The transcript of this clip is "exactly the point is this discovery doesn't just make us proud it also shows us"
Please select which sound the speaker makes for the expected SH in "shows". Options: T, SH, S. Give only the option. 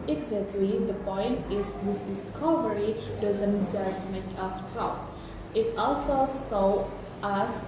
S